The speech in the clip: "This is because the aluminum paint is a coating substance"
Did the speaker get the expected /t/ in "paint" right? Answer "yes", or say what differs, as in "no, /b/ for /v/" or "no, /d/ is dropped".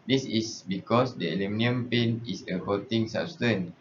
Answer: no, /t/ is dropped